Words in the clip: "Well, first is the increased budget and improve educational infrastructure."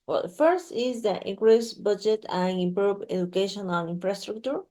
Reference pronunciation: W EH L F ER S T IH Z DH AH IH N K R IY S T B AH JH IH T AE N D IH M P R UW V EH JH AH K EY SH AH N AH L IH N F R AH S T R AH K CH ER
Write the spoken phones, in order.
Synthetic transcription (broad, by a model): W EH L F ER S T IH Z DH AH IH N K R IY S B AH JH IH T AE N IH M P R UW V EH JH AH K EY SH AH N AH N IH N F R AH S T R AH K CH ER